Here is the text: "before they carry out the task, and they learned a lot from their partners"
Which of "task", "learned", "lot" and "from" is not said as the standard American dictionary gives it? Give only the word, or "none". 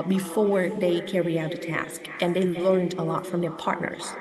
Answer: none